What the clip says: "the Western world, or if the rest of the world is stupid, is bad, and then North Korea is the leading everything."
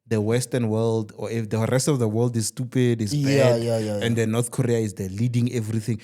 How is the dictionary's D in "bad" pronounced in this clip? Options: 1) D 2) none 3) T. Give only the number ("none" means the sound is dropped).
2